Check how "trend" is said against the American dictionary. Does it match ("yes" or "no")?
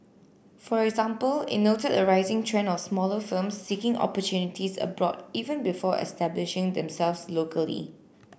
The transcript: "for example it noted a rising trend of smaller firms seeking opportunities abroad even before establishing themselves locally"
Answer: no